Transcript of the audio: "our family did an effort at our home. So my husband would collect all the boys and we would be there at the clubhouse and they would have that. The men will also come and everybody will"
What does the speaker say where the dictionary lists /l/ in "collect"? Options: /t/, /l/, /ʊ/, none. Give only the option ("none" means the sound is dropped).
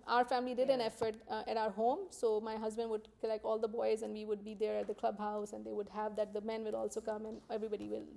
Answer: none